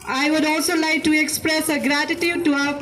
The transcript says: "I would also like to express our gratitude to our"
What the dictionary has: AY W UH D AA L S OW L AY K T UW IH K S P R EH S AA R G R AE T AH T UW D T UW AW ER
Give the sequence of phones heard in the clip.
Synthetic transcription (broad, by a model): AY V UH D AA L S OW L AY K T UW IH K S P R EH S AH G R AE T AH T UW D T UW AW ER